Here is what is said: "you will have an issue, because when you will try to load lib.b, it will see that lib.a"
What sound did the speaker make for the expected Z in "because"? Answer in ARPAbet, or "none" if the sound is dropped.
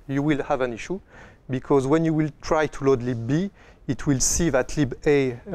Z